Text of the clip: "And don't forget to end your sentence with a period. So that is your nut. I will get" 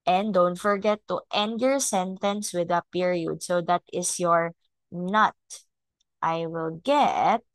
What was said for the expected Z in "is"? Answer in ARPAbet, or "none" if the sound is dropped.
S